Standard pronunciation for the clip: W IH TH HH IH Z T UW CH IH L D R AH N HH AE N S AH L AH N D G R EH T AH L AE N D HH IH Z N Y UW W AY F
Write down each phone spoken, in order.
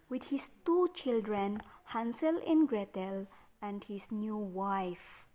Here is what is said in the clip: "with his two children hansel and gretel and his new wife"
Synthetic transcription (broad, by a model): W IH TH HH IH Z T UW CH IH L D R AH N HH AE N S AH L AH N G R EH T AH L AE N D HH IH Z N Y UW W AY F